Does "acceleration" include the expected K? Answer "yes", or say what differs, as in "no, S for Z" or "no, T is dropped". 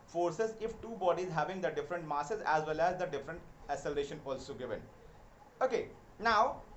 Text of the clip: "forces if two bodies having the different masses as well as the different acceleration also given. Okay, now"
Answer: no, K is dropped